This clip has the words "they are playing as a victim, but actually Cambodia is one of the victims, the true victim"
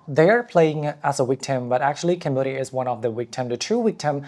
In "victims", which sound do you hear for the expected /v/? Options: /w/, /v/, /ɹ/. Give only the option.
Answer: /w/